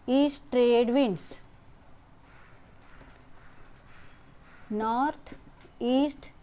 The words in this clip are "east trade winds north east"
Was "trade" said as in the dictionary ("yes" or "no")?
yes